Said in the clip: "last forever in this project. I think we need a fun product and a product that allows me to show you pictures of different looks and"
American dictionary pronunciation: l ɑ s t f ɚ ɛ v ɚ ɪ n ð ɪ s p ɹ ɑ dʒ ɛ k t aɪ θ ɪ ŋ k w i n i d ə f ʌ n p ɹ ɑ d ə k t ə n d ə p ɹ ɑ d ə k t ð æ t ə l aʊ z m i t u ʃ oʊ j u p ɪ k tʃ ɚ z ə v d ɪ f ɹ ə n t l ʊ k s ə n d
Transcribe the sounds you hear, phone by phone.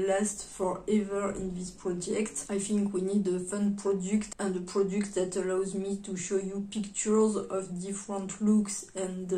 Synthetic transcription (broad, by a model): l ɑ s t f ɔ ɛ v ɚ ɪ n ð ɪ s p ɹ ɑ dʒ ɛ k t aɪ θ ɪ ŋ k w i n i d ə f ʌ n p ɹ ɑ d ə k t ə n d ə p ɹ ɑ d ə k t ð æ t ə l aʊ z m i t u ʃ oʊ j u p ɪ k tʃ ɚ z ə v d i f ɹ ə n t l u k s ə n